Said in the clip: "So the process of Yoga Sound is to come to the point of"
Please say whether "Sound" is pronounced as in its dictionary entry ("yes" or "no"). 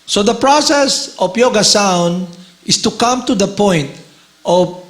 yes